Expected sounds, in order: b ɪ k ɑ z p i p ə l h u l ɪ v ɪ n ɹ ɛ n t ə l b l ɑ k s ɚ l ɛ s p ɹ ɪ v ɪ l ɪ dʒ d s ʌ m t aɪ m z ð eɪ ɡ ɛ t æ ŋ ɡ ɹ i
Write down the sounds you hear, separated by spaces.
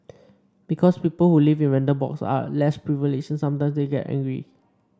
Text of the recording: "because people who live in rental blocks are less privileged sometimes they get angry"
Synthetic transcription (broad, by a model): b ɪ k ɑ s p i p ə l h u l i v ɪ n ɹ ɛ n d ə b ɑ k s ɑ l ɛ s p ɹ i v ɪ l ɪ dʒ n s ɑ m t aɪ m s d eɪ ɡ ɛ t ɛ ŋ ɡ ɹ i